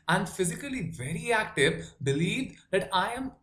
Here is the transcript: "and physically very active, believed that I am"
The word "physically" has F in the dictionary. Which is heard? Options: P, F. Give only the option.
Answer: F